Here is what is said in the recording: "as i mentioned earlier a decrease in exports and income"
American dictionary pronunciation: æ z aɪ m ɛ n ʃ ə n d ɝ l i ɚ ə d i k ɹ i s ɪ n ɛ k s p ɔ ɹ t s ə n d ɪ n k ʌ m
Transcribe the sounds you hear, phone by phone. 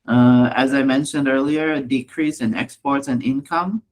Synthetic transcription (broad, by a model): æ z aɪ m ɛ n ʃ ə n d ɝ l i ɚ d i k ɹ i s ɪ n ɛ k s p ɔ ɹ t s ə n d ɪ n k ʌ m